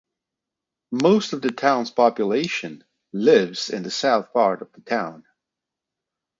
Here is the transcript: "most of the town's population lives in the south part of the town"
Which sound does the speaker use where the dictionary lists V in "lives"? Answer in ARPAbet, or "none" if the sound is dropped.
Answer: V